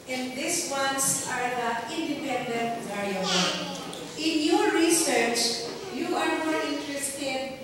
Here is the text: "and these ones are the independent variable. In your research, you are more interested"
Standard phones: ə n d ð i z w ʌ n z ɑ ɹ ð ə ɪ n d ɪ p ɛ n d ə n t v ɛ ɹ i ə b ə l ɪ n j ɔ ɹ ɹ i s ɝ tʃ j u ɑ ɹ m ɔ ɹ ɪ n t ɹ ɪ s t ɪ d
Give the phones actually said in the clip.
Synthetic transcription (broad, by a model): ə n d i s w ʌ n s ɑ ɹ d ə ɪ n d ɪ p ɛ n d ə n t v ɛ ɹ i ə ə ɪ n j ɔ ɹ ɹ i s ɝ tʃ j u ɑ ɹ m ɔ ɹ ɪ n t ɹ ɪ s t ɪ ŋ